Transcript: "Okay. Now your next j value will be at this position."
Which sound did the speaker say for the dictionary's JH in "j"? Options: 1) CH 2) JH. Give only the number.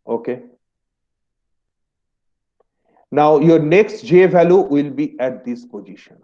2